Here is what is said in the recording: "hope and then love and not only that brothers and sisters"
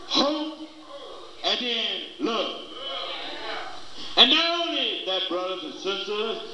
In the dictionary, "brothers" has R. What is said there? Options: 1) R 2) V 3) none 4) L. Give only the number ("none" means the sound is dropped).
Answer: 1